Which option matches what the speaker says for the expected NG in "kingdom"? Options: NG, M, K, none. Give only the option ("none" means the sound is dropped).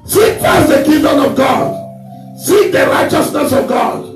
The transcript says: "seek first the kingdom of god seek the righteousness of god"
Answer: none